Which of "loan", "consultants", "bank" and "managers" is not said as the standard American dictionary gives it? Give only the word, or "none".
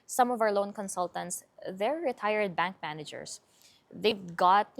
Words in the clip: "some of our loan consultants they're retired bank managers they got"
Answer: managers